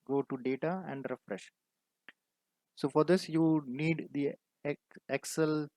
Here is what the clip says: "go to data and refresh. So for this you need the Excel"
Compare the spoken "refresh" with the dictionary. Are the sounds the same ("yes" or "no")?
yes